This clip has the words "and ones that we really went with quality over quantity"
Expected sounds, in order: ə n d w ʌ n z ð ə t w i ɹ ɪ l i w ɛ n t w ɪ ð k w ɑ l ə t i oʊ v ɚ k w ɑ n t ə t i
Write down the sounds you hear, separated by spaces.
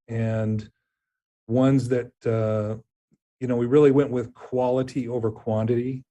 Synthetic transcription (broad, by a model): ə n w ʌ n z ð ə t w i ɹ ɪ l i w ɛ n t w ɪ ð k w ɑ l ə t i oʊ v ɚ k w ɑ n t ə t i